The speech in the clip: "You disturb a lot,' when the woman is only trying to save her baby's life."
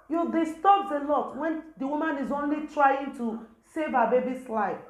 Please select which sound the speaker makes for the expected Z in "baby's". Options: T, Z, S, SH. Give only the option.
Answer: S